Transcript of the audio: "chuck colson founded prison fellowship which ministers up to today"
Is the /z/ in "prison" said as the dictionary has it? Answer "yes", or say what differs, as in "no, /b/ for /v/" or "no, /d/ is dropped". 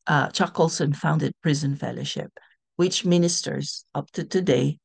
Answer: yes